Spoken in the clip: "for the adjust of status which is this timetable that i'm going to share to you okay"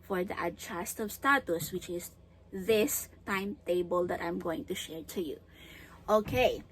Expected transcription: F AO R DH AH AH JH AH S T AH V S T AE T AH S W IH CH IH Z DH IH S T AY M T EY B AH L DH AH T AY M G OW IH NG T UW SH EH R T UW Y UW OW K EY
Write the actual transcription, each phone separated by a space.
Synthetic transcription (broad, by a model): F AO R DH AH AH CH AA S T AH V S T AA T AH S W IH CH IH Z DH IH S T AY M T EY B AH L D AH T AY M G OW IH NG T UW SH EH R T UW Y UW OW K EY